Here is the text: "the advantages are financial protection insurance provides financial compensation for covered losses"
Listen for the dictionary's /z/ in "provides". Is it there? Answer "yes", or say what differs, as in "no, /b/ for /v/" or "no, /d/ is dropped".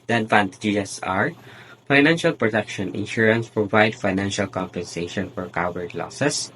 no, /z/ is dropped